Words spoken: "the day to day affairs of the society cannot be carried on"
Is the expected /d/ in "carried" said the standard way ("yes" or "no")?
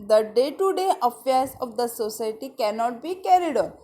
yes